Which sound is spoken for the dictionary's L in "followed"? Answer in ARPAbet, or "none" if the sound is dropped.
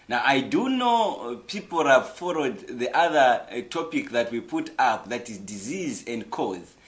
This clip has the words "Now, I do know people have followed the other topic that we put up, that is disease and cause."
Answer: W